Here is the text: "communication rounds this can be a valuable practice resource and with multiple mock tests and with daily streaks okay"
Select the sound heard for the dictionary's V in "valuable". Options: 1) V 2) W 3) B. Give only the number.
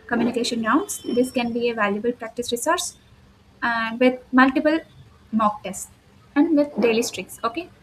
1